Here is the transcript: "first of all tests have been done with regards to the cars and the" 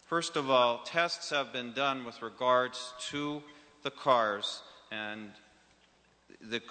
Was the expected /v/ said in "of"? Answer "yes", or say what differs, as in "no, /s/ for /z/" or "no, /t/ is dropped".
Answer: yes